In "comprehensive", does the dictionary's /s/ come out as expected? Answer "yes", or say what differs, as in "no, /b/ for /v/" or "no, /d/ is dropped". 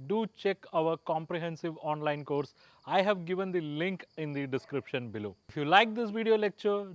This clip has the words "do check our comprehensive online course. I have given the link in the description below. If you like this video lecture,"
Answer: yes